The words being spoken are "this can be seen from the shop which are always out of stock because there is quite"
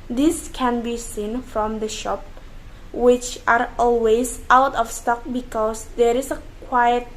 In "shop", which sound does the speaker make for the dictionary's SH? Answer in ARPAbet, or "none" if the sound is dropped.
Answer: SH